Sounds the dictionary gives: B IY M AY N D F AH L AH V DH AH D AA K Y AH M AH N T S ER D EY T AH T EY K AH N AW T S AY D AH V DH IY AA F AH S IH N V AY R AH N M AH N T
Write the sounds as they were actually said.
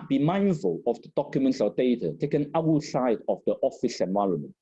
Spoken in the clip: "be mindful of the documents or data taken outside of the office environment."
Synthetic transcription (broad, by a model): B IY M AY N D F AH L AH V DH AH D AA K Y AH M AH N T S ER D EY T AH T EY K AH N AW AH S AY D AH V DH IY AA F AH S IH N V AY R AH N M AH N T